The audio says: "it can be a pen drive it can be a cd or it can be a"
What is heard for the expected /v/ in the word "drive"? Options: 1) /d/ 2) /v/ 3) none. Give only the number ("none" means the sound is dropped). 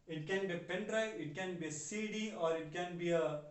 3